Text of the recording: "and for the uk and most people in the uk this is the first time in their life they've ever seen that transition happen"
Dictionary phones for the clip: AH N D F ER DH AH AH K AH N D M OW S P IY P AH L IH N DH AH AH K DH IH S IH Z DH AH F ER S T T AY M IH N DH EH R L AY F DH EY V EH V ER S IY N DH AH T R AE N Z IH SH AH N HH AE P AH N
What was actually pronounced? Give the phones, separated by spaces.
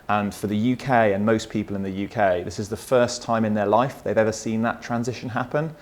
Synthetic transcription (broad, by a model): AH N F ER DH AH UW K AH N M OW S P IY P AH L IH N DH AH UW K DH IH S IH Z DH AH F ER S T T AY M IH N DH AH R L AY F DH EY V EH V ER S IY N DH AH T R AE N Z IH SH AH N HH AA P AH N